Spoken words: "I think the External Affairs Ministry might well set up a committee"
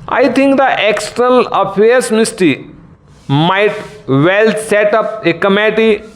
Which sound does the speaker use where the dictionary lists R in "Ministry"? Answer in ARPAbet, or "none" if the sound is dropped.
none